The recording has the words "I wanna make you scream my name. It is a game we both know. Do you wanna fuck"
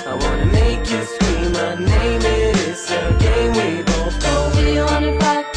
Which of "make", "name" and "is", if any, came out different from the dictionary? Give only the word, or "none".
is